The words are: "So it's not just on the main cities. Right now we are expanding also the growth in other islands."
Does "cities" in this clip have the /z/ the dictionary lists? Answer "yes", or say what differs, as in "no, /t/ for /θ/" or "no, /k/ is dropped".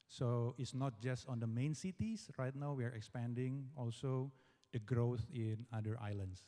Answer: no, /s/ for /z/